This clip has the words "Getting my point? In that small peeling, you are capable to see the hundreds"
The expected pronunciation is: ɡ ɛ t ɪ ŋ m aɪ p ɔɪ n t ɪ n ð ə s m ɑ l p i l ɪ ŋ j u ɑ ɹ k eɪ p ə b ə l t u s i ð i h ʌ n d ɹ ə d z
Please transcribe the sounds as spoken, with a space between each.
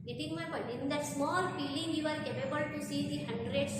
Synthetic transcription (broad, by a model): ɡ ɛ t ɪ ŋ m aɪ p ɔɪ t ɪ n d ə s m ɑ l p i l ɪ ŋ j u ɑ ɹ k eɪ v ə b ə l t u s i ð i h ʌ n d ɹ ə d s